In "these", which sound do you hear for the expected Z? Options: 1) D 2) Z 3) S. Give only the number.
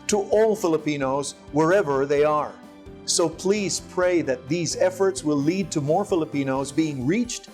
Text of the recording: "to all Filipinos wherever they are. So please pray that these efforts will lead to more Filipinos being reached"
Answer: 2